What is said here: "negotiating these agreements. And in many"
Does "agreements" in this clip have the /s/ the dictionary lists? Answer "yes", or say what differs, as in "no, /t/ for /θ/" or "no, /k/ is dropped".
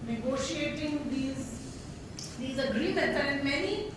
no, /s/ is dropped